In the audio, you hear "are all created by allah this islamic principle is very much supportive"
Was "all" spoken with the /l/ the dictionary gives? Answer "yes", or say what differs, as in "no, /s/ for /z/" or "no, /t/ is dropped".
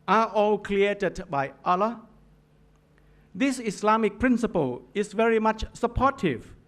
yes